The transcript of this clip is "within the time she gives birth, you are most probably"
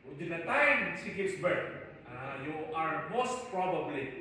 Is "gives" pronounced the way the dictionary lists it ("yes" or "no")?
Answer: no